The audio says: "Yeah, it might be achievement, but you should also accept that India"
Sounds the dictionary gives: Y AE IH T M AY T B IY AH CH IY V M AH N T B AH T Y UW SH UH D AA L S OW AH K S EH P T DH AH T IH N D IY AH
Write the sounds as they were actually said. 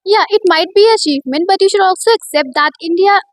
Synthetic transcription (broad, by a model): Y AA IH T M AY T B IY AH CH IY M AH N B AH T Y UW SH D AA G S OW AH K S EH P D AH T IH N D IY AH